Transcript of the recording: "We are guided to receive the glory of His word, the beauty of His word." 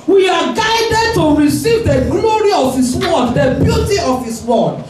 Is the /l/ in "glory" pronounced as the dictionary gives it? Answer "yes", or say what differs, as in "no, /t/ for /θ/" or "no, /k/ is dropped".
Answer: yes